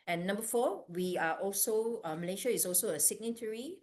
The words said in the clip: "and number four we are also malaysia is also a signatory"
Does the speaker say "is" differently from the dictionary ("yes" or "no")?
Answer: yes